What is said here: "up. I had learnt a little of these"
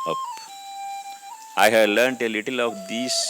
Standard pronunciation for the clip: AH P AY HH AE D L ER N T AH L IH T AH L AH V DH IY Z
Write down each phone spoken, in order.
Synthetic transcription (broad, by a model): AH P AY HH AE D L ER N T AH L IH T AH L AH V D IY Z